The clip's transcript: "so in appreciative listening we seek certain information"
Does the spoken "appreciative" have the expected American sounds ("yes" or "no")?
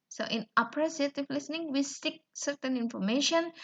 no